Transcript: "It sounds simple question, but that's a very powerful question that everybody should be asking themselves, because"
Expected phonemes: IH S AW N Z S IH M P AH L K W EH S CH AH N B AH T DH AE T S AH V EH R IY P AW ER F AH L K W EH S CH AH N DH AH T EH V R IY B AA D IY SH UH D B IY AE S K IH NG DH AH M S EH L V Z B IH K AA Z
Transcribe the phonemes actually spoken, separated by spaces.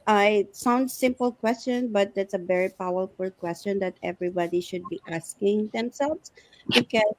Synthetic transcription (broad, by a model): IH S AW N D S IH M P AH L K W EH S CH AH N B AH T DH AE T S AH V EH R IY P AW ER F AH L K W EH S CH AH N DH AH T EH V R IY B AA D IY SH UH D B IY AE S K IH NG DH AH M S EH L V S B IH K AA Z